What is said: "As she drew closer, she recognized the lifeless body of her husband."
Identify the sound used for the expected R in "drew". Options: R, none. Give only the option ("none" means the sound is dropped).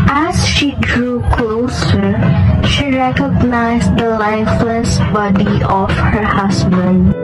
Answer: R